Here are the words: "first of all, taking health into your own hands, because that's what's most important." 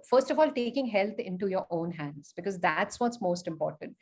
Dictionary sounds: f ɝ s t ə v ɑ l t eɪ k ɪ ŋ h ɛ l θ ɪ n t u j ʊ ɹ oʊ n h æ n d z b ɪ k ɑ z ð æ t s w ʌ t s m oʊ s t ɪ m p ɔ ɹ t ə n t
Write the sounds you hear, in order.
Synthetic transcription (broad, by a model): f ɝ s t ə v ɑ l t eɪ k ɪ ŋ h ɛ l t ɪ n t u j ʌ ɹ oʊ n h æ n d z b ɪ k ɑ z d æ t s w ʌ t s m oʊ s t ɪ m p ɔ ɹ t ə n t